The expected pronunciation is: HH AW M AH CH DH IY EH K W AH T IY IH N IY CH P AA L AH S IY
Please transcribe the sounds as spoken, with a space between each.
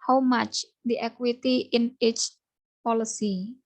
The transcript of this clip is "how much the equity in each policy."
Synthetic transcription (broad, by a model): HH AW M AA CH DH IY EH K W AH T IY IH N IY CH P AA L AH S IY